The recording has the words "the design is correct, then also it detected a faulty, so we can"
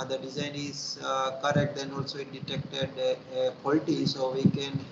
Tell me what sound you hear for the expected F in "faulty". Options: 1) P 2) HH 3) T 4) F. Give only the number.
1